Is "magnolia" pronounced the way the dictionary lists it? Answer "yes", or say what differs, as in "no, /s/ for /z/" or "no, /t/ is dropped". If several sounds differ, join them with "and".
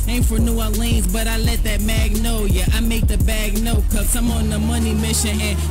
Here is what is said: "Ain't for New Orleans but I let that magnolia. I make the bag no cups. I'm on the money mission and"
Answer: no, /l/ is dropped